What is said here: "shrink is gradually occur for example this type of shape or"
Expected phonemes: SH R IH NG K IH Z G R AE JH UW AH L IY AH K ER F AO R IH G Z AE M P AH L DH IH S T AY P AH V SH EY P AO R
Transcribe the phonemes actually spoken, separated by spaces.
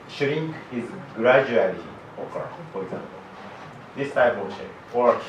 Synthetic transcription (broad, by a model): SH R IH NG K IH Z G R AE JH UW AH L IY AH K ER F AO R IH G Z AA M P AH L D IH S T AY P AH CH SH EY AO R